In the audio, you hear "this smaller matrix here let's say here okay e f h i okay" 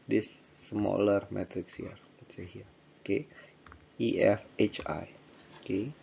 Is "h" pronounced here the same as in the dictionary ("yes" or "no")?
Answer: yes